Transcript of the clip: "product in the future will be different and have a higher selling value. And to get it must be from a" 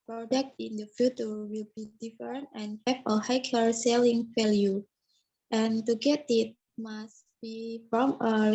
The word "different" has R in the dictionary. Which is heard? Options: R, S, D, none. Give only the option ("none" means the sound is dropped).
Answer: none